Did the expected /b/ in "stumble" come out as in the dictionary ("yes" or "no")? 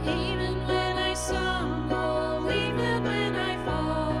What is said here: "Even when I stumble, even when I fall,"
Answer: no